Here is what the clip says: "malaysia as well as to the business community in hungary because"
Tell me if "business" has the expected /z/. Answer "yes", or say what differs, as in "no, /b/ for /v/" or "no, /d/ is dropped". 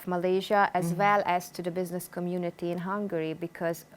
yes